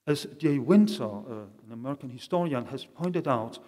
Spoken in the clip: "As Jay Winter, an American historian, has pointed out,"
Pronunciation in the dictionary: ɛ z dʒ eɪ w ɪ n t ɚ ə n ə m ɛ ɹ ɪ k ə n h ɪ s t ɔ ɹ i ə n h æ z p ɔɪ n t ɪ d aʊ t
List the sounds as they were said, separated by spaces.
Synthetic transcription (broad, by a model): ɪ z dʒ eɪ w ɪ n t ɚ ə n ə m ɛ ɹ ɪ k ə n h ɪ s t ɔ ɹ i ə n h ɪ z p ɔɪ n t ɪ d aʊ t